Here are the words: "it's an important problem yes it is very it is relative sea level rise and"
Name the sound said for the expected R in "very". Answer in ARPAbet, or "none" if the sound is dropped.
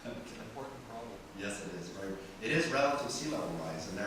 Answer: none